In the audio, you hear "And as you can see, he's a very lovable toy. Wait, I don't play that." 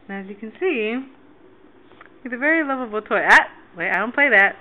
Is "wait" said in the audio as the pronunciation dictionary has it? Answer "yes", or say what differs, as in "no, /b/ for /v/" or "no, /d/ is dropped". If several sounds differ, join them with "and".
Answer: no, /t/ is dropped